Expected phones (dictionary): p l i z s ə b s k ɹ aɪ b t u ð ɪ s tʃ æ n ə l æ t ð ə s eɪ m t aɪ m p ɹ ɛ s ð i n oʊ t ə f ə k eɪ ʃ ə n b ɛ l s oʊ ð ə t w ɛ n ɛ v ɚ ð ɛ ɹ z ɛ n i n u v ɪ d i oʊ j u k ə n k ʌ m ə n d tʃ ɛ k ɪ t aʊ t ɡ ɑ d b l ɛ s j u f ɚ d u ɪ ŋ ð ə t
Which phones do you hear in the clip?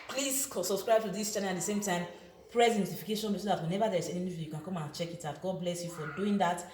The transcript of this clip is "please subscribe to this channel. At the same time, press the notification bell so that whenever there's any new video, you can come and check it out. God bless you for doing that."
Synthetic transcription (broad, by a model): p l i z s ə b s k ɹ aɪ b t u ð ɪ s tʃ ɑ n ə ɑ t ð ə s eɪ m t aɪ m p ɹ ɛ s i n oʊ t ə f ə k eɪ ʃ ə n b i s oʊ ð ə t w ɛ n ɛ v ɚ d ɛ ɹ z ɛ n i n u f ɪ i j u k ə n k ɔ m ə n tʃ ɛ k ɪ t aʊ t ɡ ɑ d b l ɛ s j u f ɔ d u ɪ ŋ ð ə t